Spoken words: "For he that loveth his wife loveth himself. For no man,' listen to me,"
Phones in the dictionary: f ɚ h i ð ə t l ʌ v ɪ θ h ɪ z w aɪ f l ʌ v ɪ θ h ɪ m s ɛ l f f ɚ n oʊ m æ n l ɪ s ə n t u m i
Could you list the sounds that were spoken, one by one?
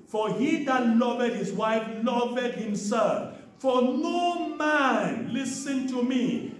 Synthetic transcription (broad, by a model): f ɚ h i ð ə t l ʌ v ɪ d h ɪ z w aɪ f l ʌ v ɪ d h ɪ m s ɛ l f f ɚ n oʊ m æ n l ɪ s ə n t u m i